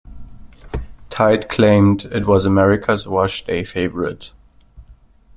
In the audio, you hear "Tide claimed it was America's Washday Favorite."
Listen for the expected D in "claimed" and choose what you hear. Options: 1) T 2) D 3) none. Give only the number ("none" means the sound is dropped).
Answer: 2